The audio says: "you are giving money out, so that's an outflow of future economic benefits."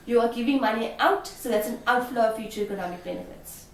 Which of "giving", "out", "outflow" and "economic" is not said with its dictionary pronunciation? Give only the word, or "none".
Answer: none